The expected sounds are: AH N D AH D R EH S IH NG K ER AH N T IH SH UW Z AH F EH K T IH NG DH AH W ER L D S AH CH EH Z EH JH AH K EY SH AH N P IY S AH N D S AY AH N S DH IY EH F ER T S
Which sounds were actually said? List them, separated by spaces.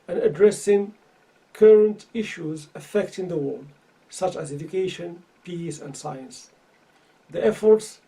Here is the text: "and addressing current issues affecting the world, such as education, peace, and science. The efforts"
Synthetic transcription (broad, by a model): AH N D AH D R EH S IH NG K ER AH N T IH SH UW Z AH F EH K T IH NG DH AH W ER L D S AH CH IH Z EH JH AH K EY SH AH N P IY S AH N D S AY AH N S DH IY EH F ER T S